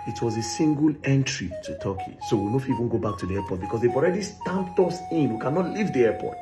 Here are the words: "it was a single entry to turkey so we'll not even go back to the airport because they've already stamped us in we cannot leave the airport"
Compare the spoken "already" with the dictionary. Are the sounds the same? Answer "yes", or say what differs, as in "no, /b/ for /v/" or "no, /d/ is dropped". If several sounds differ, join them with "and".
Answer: yes